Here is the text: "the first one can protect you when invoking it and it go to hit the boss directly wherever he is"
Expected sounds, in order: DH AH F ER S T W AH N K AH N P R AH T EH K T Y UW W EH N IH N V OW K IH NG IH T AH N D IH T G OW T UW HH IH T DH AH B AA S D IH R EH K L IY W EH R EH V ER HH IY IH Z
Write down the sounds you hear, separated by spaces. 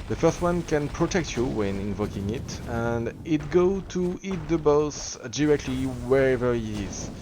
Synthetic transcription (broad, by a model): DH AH F ER S T W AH N K AH N P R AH T EH K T Y UW W EH N IH N V OW K IH NG IH T AH N D IH T G OW T UW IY T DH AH B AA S D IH R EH K L IY W EH R EH V ER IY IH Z